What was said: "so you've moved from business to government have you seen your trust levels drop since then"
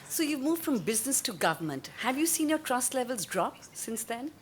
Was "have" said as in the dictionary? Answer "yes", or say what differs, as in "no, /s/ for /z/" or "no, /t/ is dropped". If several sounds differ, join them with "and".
yes